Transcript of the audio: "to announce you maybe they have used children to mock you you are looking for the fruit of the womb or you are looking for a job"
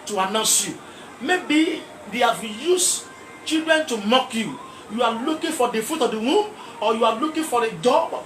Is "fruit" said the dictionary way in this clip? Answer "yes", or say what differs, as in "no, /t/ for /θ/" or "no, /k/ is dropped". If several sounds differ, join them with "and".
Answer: no, /ɹ/ is dropped